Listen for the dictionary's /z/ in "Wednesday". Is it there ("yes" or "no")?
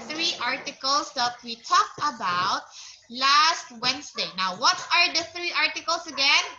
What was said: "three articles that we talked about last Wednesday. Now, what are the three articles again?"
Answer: no